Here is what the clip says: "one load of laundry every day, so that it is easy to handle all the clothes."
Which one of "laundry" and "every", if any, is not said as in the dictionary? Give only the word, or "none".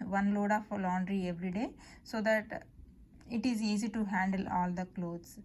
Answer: none